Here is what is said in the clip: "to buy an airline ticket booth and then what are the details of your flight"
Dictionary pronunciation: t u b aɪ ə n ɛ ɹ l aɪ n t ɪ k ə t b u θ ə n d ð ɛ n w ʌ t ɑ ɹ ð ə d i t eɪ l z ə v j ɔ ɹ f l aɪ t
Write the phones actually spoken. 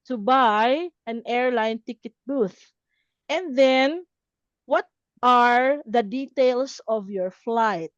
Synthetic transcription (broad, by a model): t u b aɪ ə n ɛ ɹ l aɪ n t ɪ k ə t b u θ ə n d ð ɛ n w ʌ t ɑ ɹ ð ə d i t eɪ l s ə v j ɔ ɹ f l aɪ t